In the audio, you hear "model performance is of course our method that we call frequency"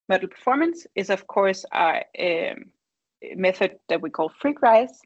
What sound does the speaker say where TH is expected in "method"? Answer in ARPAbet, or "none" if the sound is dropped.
TH